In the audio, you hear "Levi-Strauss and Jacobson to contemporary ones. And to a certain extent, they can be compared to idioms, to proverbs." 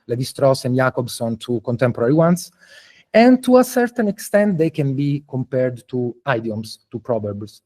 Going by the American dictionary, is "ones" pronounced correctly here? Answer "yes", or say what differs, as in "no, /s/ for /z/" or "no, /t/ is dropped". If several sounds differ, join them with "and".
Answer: no, /s/ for /z/